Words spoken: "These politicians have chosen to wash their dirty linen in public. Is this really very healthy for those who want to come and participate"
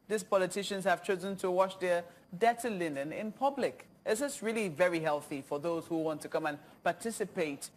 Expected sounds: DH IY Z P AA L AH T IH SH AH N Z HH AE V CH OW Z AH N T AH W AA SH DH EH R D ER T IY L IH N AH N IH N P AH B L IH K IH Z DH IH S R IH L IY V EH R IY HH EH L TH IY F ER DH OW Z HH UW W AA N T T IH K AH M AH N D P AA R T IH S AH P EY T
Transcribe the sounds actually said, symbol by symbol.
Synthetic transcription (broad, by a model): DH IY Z P AA L AH T IH SH AH N Z HH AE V CH OW Z AH N T AH W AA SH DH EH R D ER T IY L IH N AH N IH N P AH B L IH K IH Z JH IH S R IH L IY V EH R IY HH EH L TH IY F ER DH OW Z HH UW W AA N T T IH K AH M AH N P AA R T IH S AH P EY T